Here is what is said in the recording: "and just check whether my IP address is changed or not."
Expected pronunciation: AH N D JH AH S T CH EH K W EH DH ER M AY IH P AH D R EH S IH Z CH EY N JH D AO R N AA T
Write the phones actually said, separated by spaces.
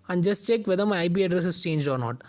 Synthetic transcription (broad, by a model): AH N JH AH S T CH EH K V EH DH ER M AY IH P AH D R EH S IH S CH EY N JH AO R N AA T